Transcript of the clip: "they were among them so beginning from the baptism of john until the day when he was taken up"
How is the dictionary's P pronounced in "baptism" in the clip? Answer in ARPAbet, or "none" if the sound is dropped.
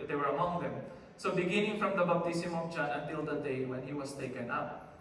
B